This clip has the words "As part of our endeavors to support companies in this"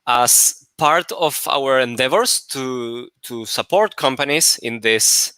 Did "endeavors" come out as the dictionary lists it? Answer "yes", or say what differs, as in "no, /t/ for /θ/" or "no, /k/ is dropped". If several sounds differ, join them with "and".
no, /s/ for /z/